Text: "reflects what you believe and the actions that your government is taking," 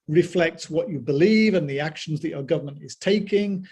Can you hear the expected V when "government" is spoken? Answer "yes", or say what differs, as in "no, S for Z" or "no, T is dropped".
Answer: yes